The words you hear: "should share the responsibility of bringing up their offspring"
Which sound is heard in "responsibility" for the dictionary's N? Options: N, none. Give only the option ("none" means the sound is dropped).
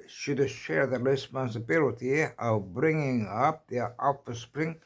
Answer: N